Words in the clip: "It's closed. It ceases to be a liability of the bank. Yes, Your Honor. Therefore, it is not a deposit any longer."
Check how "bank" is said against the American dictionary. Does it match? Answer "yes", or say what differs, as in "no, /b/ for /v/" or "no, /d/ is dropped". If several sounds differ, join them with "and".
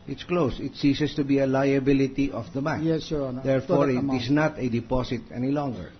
no, /ŋ/ is dropped